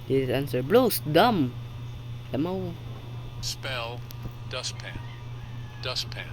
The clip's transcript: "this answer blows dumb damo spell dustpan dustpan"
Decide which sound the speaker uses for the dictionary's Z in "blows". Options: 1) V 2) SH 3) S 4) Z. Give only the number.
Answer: 3